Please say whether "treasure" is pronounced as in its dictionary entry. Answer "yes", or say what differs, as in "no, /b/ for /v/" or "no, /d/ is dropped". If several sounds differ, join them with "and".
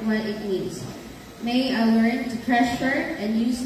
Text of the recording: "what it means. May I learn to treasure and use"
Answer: no, /ʃ/ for /ʒ/